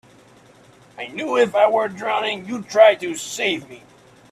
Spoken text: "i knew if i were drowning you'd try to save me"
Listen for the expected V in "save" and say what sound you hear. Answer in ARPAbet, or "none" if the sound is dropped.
V